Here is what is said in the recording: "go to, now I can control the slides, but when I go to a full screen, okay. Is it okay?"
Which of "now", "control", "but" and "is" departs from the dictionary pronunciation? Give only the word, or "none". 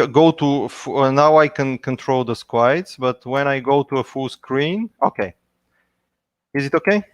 none